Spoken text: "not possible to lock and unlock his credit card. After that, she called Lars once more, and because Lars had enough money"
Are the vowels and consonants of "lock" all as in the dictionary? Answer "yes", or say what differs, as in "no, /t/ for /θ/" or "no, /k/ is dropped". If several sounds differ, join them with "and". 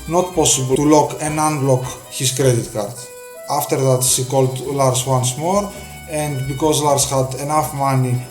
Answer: yes